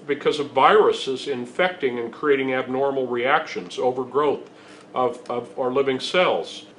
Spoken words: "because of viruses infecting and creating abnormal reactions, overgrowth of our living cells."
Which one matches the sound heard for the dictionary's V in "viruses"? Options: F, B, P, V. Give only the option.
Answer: V